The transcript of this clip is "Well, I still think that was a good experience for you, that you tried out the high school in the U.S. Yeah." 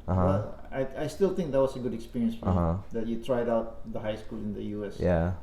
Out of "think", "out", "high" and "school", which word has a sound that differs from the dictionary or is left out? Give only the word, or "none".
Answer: think